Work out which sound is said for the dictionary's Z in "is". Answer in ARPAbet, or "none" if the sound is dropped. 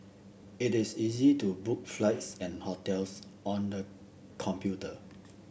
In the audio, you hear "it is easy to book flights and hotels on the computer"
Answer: S